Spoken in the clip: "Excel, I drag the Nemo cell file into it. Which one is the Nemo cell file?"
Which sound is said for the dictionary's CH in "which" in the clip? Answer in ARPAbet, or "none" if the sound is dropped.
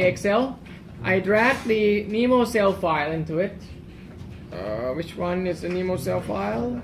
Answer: CH